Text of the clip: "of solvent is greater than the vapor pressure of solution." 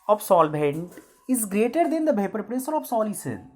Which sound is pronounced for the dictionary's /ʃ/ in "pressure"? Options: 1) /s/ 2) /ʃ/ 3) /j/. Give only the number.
1